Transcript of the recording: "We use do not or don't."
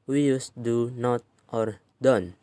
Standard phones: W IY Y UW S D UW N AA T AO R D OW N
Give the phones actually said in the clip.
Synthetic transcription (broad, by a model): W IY Y UW S D UW N AA T AO R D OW N